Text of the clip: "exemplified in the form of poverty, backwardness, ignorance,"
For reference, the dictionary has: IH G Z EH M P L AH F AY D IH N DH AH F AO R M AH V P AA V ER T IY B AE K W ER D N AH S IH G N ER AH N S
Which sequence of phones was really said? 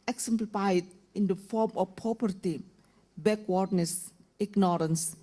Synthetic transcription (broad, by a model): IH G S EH M P L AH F AY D IH N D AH F AO R M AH F P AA P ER T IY B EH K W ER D N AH S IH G N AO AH N S